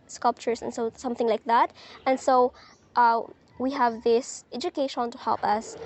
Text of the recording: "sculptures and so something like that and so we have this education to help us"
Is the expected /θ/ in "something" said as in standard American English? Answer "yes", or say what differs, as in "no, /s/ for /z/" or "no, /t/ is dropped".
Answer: yes